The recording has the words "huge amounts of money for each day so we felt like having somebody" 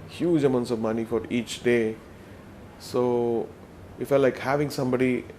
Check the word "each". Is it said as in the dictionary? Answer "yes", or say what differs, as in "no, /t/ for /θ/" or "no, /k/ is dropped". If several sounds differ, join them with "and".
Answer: yes